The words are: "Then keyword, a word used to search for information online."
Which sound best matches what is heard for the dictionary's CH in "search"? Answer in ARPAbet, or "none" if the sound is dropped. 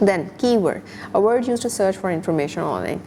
CH